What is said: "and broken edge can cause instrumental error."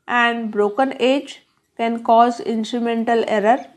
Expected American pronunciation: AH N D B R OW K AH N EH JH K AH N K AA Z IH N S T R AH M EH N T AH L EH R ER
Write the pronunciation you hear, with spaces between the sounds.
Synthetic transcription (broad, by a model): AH N D B R OW K AH N EH JH K AH N K AA Z IH N S T R AH M EH N T AH L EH R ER